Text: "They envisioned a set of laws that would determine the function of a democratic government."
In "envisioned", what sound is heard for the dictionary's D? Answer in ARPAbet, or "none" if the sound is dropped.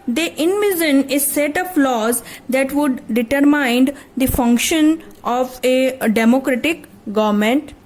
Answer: none